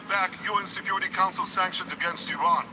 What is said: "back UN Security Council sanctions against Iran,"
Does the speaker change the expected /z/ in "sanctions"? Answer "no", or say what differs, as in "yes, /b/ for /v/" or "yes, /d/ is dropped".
no